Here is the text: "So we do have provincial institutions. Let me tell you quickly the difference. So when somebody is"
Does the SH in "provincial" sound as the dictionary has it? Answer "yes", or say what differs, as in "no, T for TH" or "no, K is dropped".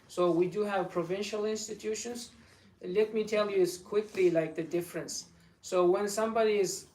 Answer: yes